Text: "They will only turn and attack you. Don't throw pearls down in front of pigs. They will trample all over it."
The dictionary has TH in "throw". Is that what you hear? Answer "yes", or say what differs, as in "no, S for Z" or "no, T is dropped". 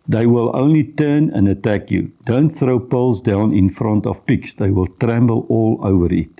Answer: yes